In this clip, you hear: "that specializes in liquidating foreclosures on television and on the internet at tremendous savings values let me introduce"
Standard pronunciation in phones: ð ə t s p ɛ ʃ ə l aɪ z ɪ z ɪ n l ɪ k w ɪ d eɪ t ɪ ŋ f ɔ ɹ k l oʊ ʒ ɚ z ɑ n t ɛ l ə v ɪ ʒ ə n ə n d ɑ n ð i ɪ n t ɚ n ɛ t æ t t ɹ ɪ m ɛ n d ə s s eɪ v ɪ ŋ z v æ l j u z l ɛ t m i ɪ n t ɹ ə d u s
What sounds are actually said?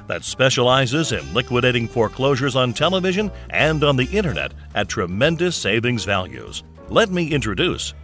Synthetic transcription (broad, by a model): ð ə t s p ɛ ʃ ə l aɪ z ɪ z ɪ n l ɪ k w ɪ d eɪ t ɪ ŋ f ɔ ɹ k l oʊ ʒ ɚ z n t ɛ l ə v ɪ ʒ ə n ə n d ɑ n ð i ɪ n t ɚ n ɛ t t t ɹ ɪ m ɛ n d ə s s eɪ v ɪ ŋ z v æ l j u z l ɛ t m i ɪ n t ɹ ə d u s